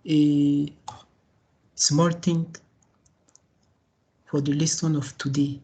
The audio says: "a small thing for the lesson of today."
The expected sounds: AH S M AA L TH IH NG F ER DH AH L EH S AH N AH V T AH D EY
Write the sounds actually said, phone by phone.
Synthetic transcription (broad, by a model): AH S M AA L T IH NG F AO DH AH L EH S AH N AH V T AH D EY